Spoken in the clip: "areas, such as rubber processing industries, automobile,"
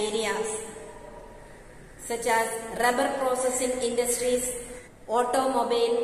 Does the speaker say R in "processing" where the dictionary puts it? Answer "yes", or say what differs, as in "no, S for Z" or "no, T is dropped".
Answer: yes